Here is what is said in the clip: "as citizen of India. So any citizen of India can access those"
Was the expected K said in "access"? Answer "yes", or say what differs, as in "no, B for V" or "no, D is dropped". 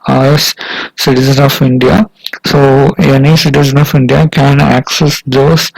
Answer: yes